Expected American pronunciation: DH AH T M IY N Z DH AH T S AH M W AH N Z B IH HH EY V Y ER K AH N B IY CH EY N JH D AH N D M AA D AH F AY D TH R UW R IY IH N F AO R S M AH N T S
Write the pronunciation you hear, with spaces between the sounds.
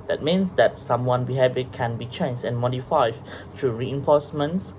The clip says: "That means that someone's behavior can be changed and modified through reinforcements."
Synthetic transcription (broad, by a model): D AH T M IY N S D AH T S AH M W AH N B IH HH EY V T K AH N B IY CH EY N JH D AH N M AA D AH F AY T R UW R IY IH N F AO S M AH N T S